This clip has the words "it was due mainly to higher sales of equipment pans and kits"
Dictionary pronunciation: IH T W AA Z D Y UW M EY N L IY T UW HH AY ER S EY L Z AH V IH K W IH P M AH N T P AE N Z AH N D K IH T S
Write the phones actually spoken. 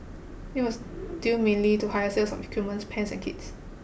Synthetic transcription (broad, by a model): IH T W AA S D Y UW M EY N L IY T UW HH AY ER S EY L S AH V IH K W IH M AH N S P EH N S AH N K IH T S